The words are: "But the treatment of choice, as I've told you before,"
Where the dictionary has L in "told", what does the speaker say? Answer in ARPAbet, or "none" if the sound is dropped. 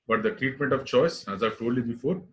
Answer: none